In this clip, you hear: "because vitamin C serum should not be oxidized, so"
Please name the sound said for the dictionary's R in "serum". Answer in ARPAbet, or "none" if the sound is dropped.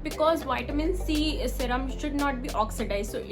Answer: R